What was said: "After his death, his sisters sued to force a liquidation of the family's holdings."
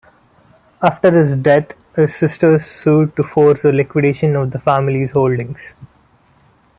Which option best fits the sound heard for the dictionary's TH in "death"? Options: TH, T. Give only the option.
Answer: T